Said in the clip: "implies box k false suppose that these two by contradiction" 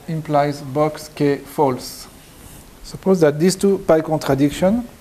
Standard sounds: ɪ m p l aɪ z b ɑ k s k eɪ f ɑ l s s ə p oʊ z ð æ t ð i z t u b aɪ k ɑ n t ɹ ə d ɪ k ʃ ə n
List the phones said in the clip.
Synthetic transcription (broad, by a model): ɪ m p l aɪ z b ɑ k s k eɪ f ɑ l s s ə p oʊ z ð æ t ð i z t u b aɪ k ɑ n t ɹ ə d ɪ k ʃ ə n